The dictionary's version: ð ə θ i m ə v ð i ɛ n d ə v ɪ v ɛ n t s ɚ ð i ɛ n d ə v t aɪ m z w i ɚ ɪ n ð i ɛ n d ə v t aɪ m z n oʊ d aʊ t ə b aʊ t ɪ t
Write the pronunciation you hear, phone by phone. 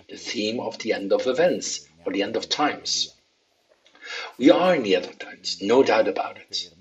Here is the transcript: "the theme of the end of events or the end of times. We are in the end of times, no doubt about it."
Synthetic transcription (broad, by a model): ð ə θ i m ə v ð i ɛ n d ə v ɪ v ɛ n t s ɚ ð i ɛ n d ə v t aɪ m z w i ɚ ɪ n ð i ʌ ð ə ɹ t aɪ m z n oʊ d aʊ t ə b aʊ t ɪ t